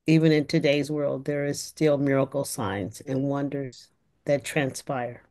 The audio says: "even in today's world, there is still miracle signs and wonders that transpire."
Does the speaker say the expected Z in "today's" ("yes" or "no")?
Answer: yes